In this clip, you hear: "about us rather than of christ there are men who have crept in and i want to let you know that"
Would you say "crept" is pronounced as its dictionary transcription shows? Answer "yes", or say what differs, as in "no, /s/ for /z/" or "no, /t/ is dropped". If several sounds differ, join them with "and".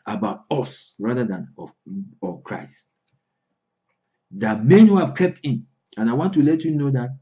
no, /ɹ/ is dropped